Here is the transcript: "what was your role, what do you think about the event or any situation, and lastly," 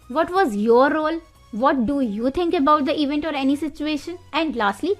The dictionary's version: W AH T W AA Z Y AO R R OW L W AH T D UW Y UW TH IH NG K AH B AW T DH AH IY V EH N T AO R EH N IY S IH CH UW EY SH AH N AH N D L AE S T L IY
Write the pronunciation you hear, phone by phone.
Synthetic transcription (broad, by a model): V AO T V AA Z Y AO R R OW L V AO T D UW Y UW T IH NG K AH B AW T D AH IY V EH N T AO R EH N IY S IH CH UW EY SH AH N AH N D L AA S T L IY